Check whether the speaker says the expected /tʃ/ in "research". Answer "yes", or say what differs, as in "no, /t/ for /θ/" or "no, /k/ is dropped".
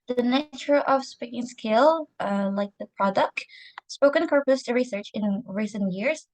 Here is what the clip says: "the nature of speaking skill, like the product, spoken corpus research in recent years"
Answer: yes